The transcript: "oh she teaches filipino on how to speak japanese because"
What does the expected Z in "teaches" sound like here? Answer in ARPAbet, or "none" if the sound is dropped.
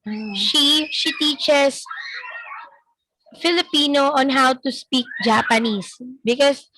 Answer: S